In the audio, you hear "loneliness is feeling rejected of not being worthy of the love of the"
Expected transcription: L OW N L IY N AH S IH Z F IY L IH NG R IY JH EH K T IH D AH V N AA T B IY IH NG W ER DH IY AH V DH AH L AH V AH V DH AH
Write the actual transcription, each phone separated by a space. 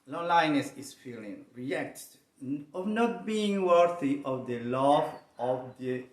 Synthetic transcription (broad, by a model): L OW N L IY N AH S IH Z F IY L IH NG R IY EH K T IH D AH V N AA T B IY IH NG W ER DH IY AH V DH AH L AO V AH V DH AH